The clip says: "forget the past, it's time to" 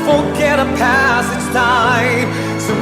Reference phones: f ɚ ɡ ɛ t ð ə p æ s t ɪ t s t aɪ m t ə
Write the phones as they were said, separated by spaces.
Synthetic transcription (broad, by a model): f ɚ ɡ ɛ t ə p æ s ɪ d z t aɪ m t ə